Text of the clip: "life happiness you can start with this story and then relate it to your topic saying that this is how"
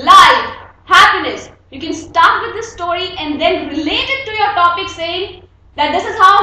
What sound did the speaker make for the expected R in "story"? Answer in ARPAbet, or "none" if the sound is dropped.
R